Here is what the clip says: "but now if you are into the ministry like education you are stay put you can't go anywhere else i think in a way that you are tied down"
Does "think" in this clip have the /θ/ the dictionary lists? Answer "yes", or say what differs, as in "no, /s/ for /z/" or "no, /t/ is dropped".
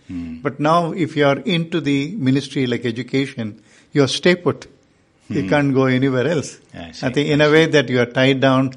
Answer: no, /t/ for /θ/